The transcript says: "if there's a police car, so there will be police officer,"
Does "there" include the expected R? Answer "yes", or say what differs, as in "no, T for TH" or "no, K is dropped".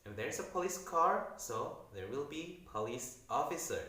yes